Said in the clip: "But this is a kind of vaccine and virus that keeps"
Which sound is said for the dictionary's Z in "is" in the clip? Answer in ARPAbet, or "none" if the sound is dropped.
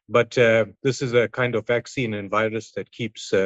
Z